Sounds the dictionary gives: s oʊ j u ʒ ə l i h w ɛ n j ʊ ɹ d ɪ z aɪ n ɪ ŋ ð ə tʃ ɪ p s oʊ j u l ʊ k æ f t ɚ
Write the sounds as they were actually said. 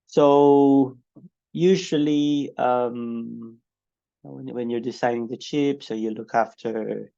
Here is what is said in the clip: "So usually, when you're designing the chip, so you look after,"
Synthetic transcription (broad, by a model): s oʊ j u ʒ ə l i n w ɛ n j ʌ ɹ d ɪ s aɪ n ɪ ŋ ð ə tʃ ɪ p s oʊ j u l ʊ k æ f t ɚ